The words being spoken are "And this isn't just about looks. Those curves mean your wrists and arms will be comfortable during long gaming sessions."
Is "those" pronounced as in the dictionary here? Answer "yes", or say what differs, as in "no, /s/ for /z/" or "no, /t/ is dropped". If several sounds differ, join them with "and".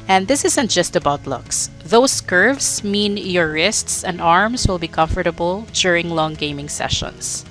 no, /s/ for /z/